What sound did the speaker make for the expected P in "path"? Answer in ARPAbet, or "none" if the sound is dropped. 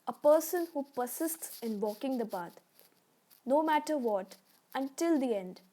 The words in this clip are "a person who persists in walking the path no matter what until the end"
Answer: B